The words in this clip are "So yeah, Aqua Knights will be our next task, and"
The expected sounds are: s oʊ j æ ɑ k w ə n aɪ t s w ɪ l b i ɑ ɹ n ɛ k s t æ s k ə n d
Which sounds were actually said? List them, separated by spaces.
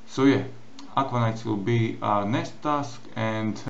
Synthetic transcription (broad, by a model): s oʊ j æ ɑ k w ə n aɪ t s w ɪ l b i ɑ n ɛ s t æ s k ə n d